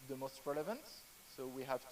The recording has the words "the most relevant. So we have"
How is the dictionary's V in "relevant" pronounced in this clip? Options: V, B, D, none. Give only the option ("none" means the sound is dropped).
V